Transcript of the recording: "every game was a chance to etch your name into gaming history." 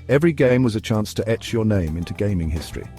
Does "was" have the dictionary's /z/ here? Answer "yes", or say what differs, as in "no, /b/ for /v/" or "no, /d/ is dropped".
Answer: yes